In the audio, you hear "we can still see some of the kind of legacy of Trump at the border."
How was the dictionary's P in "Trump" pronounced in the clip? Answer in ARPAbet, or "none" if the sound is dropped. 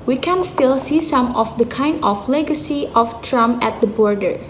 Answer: none